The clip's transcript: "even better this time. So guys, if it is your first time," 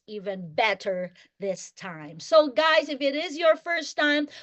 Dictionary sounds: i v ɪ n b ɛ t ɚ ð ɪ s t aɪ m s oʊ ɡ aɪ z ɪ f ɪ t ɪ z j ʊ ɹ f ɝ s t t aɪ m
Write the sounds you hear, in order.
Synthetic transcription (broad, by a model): i v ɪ n b ɛ t ɚ ð ɪ s t aɪ m s oʊ ɡ aɪ z ɪ f ɪ t ɪ z j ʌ ɹ f ɝ s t t aɪ m